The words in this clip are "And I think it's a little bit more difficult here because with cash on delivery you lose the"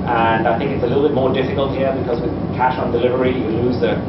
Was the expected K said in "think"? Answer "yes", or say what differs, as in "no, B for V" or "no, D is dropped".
yes